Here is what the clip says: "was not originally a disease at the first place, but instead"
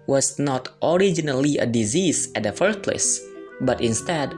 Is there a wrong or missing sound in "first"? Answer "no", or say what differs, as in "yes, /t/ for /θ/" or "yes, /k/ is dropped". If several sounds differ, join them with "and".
yes, /s/ is dropped